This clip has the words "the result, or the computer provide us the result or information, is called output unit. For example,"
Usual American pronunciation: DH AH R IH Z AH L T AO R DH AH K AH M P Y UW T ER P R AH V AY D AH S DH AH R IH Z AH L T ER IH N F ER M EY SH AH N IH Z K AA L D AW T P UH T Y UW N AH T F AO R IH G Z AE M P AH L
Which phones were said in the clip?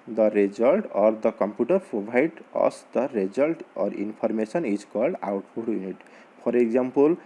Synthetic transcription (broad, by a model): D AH R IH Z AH L T AO R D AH K AH M P Y UW T ER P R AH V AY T AH S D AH R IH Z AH L T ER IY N P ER M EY S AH N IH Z K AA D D AW T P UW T Y UW N AH T P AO R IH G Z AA M P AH L